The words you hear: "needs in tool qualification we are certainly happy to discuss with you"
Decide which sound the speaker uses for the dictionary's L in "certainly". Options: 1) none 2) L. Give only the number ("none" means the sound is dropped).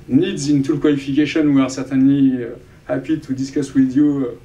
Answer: 1